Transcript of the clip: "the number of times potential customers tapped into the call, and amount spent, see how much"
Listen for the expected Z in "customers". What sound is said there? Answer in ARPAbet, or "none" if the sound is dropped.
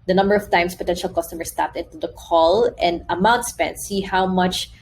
S